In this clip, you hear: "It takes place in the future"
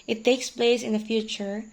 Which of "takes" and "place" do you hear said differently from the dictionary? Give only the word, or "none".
none